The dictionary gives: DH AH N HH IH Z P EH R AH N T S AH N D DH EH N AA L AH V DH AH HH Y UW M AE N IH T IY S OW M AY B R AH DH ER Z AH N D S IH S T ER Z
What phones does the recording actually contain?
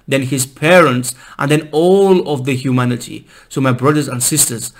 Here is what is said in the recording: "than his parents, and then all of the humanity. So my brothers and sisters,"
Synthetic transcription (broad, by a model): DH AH N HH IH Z P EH R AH N T S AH N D DH EH N AA L AH V DH AH HH Y UW M AE N IH T IY S OW M AY B R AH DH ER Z AH N D S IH S T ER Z